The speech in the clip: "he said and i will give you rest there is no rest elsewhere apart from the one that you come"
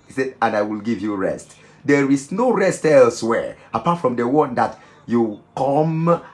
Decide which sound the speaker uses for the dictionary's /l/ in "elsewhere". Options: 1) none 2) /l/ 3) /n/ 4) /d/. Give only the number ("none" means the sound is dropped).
2